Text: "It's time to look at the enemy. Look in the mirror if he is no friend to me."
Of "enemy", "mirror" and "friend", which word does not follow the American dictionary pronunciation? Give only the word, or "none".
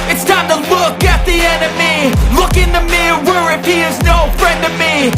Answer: mirror